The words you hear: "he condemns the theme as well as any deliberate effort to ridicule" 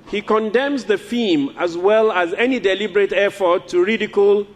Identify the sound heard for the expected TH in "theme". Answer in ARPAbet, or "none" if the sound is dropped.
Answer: F